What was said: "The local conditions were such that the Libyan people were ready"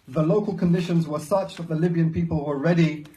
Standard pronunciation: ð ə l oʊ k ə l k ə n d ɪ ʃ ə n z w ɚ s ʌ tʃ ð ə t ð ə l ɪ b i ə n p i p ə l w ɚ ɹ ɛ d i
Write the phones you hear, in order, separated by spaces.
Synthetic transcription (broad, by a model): ð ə l oʊ k ə l k ə n d ɪ ʃ ə n z w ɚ s ʌ tʃ ð ə t ð ə l ɪ b i ə n p i p ə l w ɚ ɹ ɛ d i